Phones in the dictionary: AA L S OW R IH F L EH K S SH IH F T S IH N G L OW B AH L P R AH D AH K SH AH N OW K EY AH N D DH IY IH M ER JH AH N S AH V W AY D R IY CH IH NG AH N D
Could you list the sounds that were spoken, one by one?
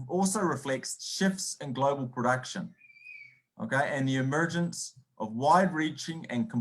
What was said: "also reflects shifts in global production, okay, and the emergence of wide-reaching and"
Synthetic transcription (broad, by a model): AA L S OW R IH F L EH K S SH IH F T S IH N G L OW B AH L P R AH D AH K SH AH N OW K EY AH N DH IY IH M ER JH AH N S AH V W AY D R IY CH IH NG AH N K